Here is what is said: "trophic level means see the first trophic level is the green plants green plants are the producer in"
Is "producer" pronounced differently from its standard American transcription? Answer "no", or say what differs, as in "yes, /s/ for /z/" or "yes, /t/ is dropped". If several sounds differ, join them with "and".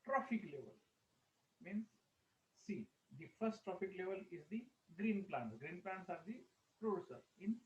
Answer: no